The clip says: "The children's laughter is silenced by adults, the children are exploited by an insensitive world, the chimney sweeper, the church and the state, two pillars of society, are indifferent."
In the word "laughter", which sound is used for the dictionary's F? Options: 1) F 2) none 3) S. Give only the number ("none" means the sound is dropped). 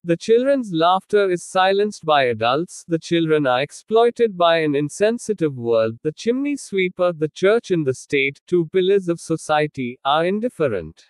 1